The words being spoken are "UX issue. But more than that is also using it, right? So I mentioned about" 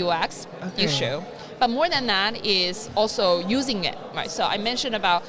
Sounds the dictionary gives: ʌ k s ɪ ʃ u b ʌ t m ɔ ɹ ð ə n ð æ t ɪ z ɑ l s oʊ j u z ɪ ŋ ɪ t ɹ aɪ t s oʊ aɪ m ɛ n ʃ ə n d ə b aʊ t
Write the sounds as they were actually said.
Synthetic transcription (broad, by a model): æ k s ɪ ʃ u b ʌ t m ɔ ɹ ð ə n ð æ t ɪ z ɑ l s oʊ j u z ɪ ŋ ɪ t ɹ aɪ t s oʊ aɪ m ɛ n ʃ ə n ə b aʊ t